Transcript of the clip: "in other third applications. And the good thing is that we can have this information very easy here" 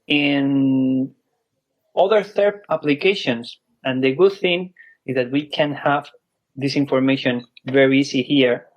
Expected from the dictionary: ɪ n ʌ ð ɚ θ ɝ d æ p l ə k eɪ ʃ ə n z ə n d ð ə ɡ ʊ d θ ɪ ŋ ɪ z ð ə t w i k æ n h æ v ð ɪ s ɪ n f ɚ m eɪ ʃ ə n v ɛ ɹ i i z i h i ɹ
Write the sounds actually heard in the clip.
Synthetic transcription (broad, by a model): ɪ n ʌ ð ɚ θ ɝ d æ p l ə k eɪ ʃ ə n s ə n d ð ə ɡ ʊ d θ ɪ ŋ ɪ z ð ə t w i k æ n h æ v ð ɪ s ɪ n f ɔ m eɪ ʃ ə n v ɛ ɹ i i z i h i ɹ